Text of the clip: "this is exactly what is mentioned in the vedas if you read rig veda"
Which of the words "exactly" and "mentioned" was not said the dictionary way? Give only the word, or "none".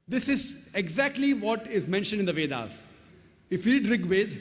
none